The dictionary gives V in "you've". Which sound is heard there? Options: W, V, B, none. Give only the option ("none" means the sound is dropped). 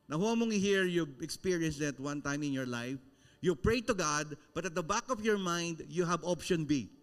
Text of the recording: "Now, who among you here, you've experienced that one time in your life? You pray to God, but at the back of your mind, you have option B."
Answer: B